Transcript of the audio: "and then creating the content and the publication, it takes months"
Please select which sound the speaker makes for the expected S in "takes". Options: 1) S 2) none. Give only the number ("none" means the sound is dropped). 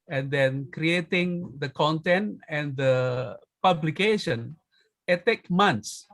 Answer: 2